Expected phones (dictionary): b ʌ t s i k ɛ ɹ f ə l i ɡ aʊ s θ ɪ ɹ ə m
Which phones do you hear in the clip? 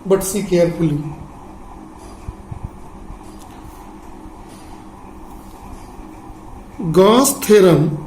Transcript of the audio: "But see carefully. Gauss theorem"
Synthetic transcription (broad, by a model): b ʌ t s i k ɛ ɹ p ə l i ɡ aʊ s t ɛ ɹ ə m